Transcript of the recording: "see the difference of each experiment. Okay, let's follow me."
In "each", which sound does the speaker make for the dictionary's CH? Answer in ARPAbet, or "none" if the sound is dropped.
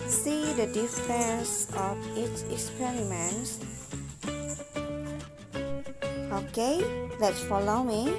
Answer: S